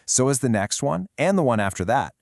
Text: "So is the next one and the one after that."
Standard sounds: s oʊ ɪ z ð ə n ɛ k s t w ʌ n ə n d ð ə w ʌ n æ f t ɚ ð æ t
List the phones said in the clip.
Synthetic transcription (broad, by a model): s oʊ ɪ z ð ə n ɛ k s t w ʌ n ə n ð ə w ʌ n æ f t ɚ ð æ t